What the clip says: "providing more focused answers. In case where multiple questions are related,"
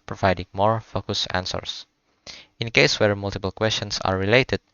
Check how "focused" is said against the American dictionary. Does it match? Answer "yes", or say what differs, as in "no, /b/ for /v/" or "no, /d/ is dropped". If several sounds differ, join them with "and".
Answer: no, /t/ is dropped